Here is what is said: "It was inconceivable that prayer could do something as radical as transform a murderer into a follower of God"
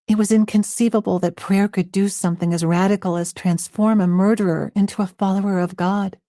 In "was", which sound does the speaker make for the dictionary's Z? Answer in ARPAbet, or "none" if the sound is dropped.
Z